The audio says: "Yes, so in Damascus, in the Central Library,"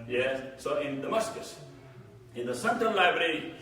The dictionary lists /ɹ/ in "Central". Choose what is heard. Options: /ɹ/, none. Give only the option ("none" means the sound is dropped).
none